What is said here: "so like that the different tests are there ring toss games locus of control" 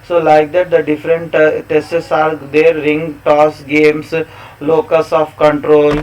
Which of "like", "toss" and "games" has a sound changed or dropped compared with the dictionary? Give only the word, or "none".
games